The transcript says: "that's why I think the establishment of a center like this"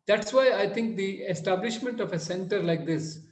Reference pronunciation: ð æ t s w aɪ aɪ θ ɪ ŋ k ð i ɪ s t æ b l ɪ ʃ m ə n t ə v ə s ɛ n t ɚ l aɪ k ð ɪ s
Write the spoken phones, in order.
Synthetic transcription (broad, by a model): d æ t s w aɪ aɪ t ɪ ŋ k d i ɪ s t æ b l ɪ ʃ m ə n t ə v ə s ɛ n t ɚ l aɪ k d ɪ s